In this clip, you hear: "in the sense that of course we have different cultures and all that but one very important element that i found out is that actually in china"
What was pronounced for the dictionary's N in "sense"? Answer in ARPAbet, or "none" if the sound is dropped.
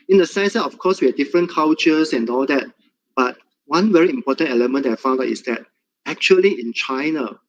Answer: none